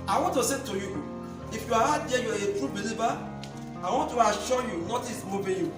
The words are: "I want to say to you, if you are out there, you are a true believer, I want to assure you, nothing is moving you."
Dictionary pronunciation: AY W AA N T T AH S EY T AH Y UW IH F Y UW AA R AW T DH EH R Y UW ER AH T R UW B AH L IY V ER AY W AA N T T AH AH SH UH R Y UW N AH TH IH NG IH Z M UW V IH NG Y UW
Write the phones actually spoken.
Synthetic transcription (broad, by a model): AY W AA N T T AH S EY T AH Y UW IH F Y UW AA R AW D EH Y UW AH T R UW B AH L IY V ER AY W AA N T T AH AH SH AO Y UW N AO T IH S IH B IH Y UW